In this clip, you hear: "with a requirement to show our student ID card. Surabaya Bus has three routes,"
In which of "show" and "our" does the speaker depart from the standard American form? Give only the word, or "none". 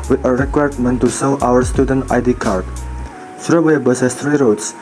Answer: show